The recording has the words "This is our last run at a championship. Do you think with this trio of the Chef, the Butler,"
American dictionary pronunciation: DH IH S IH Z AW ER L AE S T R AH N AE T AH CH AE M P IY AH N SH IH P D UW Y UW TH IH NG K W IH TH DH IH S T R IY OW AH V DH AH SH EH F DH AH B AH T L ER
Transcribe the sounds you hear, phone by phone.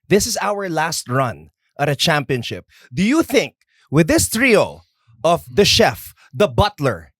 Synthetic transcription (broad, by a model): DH IH S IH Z AW ER L AE S T R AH N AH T AH CH AE M P IY AH N SH IH P D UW Y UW TH IH NG K W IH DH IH S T R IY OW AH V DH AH SH EH F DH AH B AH T L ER